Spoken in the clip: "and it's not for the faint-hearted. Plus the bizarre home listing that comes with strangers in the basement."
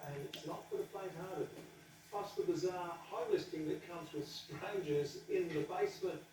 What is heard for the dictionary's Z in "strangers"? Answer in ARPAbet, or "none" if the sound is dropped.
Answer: Z